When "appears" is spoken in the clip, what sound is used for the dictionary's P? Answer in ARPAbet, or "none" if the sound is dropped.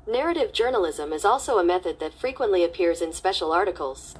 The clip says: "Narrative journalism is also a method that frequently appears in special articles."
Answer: P